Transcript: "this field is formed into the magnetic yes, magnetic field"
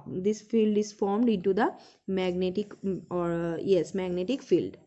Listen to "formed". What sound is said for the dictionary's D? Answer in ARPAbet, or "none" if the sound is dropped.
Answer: D